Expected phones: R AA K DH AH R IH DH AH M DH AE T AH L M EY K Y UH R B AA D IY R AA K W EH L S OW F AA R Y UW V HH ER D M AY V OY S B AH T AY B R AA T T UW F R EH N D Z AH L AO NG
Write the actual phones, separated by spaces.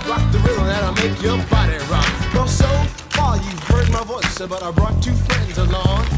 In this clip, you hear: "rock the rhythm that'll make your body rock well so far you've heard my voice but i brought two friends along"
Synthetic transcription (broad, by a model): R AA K DH AH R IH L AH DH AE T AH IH M EY K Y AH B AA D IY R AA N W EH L S OW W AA L Y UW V HH ER D M AY V OY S B AH T AY B R AA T T UW F R EH N D Z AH L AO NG